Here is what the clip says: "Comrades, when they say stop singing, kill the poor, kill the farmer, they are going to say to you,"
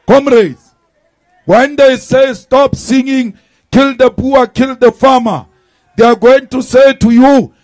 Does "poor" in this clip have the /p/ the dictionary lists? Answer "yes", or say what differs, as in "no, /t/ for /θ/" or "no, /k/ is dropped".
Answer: no, /b/ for /p/